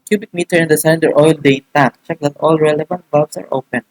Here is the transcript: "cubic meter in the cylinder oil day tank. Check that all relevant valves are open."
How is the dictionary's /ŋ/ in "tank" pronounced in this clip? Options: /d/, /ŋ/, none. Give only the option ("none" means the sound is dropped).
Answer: none